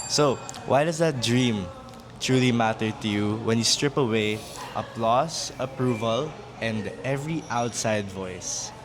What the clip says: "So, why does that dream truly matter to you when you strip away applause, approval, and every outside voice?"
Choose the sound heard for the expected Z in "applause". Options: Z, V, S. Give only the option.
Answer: S